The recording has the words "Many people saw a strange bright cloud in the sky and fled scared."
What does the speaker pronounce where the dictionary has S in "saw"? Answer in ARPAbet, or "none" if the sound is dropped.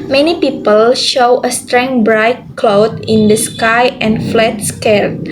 SH